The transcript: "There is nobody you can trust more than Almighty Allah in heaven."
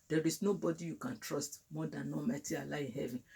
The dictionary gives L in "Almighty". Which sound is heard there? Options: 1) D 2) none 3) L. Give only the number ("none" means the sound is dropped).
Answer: 2